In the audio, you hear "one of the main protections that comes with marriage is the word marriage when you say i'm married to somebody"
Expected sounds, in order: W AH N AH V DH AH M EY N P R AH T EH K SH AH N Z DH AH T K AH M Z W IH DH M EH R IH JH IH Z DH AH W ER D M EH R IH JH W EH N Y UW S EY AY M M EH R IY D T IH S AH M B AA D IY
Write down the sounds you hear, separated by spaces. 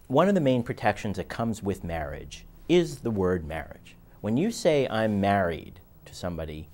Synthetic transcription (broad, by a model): W AH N AH V DH AH M EY N P R AH T EH K SH AH N Z DH AH T K AH M Z W IH DH M EH R IH JH IH Z DH AH W ER D M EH R IH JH W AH N Y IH S EY AY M M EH R IY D T IH S AH M B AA D IY